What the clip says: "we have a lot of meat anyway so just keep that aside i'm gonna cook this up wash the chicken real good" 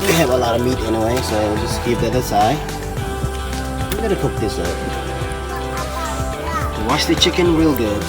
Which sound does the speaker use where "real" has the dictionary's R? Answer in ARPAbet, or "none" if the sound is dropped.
W